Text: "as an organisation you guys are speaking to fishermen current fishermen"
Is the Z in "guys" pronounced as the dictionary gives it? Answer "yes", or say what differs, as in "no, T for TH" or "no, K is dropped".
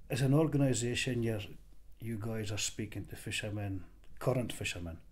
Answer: yes